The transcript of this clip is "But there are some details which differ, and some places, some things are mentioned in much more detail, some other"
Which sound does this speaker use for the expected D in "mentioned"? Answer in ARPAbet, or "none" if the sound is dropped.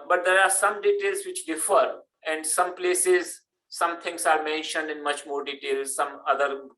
D